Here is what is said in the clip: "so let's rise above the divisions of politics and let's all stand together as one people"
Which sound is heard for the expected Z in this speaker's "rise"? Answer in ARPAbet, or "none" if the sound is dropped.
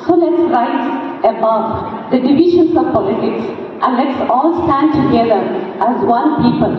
S